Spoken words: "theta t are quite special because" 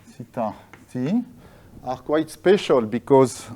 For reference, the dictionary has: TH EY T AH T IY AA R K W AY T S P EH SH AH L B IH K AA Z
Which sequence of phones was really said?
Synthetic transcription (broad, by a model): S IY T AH S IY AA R K W AY T S P EH SH AH L B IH K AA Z